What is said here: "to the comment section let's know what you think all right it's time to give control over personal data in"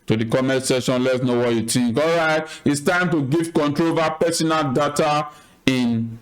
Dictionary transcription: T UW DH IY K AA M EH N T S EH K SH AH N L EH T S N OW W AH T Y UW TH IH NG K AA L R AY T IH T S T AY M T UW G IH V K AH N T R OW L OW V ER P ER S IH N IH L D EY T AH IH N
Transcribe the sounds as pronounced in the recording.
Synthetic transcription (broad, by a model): T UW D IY K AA M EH T S EH SH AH N L EH T S N OW W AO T Y UW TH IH NG K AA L R AY T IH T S T AY M T UW G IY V K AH N T R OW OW V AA P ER S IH N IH L D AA T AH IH N